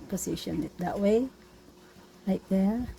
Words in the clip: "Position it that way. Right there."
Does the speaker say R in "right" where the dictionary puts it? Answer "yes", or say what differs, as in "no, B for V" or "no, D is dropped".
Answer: no, L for R